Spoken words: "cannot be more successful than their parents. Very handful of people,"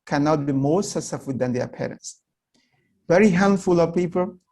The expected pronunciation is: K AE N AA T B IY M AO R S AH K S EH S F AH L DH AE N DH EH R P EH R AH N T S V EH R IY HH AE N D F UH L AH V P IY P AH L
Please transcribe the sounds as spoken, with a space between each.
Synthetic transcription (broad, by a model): K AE N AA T B IY M AO R S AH S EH F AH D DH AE N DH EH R P EH R AH N T S V EH R IY HH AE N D F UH L AH V P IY P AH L